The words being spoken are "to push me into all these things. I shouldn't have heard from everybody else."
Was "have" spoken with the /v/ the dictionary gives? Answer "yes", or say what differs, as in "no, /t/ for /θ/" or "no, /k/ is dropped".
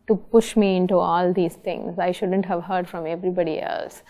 yes